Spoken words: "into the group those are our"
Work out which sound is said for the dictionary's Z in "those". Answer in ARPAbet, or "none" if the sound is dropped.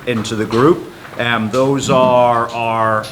Z